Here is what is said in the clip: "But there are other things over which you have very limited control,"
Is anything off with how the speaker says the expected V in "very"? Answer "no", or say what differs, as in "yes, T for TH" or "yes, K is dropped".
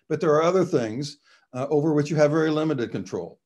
no